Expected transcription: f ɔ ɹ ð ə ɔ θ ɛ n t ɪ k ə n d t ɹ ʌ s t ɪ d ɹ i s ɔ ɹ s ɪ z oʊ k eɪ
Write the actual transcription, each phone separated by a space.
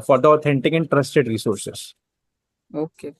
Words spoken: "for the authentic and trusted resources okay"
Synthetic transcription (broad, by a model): f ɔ ɹ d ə ɔ t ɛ n t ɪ k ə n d t ɹ ʌ s t ɪ d ɹ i s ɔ ɹ s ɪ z oʊ k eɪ